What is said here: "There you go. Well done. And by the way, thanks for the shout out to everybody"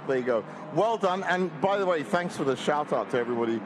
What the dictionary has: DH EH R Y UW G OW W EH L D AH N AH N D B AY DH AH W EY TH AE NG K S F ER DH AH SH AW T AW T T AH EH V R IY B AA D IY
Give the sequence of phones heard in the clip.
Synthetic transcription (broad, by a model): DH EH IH G OW W EH L D AH N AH N B AY DH AH W EY TH AE NG K S F ER DH AH SH AW T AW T T AH EH V R IY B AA D IY